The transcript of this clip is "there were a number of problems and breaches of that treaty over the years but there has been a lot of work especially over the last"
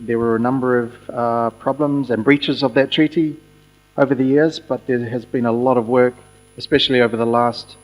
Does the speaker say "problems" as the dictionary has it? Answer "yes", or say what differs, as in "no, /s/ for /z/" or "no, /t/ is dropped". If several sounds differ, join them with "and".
yes